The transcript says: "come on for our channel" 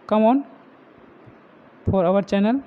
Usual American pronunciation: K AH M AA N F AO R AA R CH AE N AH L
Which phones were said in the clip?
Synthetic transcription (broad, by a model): K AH M AA N P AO R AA R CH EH N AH L